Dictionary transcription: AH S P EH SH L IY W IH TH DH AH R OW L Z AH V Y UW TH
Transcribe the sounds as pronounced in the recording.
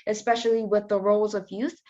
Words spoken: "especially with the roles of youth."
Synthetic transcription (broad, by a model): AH S P EH SH L IY W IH DH AH R OW L Z AH V Y UW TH